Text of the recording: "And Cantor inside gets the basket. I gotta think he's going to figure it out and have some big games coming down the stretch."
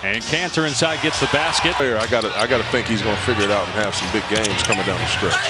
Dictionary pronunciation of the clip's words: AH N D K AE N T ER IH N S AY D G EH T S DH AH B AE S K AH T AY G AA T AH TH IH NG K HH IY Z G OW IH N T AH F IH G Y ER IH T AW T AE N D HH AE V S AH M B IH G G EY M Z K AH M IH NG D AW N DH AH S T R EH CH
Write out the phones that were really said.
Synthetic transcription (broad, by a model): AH N K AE N S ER IH N S AY D G EH T S DH AH B AE S K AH T AY G AA T AH TH IH NG K HH IY Z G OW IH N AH F IH G Y ER IH T AW T N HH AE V S AH M B IH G G EY M Z K AH M IH NG D AW N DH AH S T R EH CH